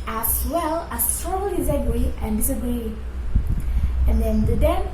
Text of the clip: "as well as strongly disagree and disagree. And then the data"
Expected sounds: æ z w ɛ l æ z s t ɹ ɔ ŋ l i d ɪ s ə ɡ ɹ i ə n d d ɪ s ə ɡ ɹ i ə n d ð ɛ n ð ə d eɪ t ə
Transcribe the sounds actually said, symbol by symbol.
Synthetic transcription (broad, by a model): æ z w ɛ l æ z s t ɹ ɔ l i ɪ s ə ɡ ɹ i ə n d d ɪ s ə ɡ ɹ i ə n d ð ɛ n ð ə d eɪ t